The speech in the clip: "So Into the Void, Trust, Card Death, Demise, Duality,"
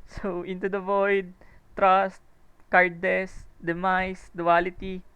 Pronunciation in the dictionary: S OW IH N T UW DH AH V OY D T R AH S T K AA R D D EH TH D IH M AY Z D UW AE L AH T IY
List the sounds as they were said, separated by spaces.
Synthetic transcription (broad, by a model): S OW IH N T UW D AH V OY D T R AH S T K AA R D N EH S D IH M AY S D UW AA L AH T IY